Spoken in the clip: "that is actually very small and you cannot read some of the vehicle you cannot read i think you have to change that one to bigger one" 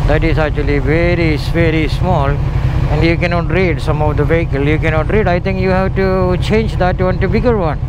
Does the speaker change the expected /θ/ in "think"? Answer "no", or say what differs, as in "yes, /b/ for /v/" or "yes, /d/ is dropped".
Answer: yes, /t/ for /θ/